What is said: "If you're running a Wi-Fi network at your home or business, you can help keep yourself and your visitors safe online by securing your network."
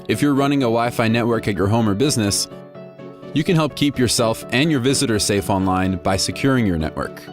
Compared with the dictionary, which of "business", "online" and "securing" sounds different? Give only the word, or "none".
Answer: none